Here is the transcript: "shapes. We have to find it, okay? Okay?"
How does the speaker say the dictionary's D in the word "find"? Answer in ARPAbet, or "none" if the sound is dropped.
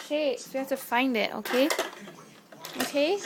D